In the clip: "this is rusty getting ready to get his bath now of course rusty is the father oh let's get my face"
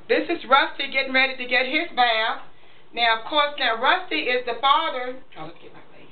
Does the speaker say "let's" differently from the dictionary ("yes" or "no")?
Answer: yes